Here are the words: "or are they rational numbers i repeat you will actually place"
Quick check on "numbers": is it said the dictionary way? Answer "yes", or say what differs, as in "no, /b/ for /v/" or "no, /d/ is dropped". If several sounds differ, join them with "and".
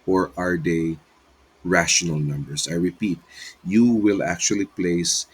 no, /s/ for /z/